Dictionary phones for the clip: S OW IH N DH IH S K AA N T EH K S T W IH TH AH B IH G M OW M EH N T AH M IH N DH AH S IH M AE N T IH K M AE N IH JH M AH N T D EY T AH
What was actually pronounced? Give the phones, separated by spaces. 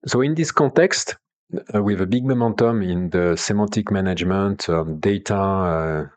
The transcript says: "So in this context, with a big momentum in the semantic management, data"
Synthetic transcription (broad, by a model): S OW IH N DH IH S K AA T EH K S T W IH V AH B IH G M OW M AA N T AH M IH N DH AH S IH M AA T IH K M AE N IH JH M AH N T D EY T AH